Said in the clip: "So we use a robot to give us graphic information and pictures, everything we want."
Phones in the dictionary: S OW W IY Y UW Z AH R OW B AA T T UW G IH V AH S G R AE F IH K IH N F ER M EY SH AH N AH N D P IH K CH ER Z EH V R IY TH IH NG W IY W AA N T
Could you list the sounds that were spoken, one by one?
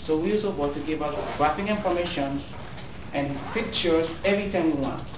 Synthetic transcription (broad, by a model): S OW W IY Y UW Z AH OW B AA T T UW G IH V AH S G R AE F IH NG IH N P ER M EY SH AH N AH N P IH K CH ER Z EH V R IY T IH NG W IY W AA N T